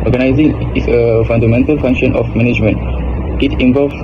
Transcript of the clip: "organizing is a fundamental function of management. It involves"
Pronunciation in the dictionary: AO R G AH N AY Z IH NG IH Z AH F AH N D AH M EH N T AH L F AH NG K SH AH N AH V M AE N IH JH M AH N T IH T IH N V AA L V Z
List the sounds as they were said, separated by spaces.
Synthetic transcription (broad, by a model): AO R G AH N AY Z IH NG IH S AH F AH N D AH M EH N T AH L F AH NG K SH AH N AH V M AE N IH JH M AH N T IH T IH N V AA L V